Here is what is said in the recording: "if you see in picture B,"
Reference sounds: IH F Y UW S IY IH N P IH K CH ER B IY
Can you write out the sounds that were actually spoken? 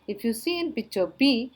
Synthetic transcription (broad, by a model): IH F Y UW S IY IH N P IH CH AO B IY